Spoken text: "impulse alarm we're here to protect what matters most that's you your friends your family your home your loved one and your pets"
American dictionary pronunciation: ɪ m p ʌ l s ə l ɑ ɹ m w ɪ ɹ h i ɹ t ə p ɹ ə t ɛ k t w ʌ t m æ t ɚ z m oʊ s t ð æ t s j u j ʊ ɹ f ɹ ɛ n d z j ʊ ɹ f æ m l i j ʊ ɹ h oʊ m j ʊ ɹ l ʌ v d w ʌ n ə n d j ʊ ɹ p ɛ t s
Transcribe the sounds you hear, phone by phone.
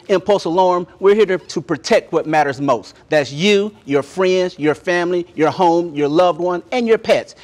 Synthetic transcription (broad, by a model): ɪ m p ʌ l s ə l ɑ ɹ m w ɪ ɹ h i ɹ t ə p ɹ ə t ɛ k t w ʌ t m æ t ɚ z m oʊ s t ð æ t s j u j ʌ ɹ f ɹ ɛ n d z j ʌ ɹ f æ m l i j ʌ ɹ h oʊ m j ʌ ɹ l ʌ v d w ʌ n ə n j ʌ ɹ p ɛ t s